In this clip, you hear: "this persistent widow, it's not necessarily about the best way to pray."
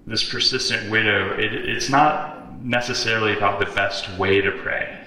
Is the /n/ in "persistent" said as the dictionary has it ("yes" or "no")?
yes